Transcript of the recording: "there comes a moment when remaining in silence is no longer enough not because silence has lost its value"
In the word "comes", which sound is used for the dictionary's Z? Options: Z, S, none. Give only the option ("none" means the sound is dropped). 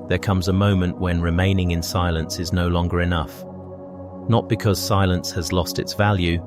Z